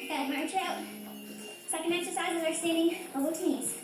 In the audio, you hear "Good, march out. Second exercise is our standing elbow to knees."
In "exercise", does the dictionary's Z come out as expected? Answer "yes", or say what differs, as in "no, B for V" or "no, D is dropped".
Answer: yes